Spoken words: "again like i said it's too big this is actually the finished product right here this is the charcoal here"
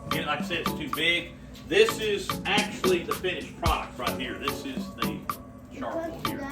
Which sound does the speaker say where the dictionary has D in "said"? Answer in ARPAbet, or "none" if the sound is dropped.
none